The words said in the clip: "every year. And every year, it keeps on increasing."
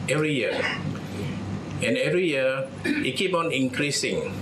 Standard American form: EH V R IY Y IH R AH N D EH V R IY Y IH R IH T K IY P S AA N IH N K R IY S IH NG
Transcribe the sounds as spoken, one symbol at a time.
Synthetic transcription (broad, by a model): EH V R IY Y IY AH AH N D EH V R IY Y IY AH IH T K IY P AA N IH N K R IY S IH NG